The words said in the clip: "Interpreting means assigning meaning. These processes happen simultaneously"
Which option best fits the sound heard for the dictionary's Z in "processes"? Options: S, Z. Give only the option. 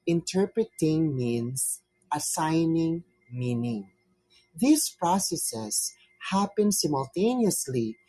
S